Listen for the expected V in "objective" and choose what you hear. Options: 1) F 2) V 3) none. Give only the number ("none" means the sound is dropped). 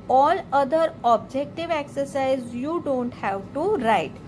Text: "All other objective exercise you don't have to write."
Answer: 2